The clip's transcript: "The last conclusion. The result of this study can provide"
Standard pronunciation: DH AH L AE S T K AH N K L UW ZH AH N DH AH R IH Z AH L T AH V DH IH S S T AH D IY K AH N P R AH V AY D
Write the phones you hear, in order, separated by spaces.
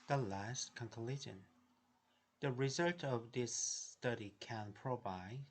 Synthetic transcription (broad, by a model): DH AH L AE S T K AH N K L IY SH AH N DH AH R IH Z AH L T AH V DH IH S S T AH D IY K AH N P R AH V AY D